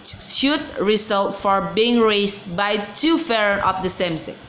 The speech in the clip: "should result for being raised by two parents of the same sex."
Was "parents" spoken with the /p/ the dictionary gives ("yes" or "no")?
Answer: no